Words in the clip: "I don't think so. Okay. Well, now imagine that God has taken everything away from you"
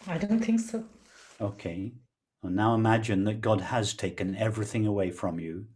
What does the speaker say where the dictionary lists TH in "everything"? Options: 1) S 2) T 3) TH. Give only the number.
3